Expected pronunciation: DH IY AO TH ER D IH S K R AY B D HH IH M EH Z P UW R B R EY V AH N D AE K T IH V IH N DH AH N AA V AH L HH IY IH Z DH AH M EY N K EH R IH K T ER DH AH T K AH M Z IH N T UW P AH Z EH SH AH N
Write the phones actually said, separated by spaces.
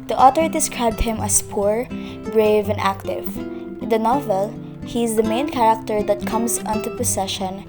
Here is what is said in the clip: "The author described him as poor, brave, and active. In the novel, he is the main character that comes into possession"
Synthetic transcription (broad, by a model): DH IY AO T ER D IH S K R AY B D HH IH M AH S P UW R B R EY V AH N D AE K T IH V IH N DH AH N AA V AH L HH IY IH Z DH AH M EY N K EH R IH K T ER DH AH T K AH M S IH N T UW P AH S EH SH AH N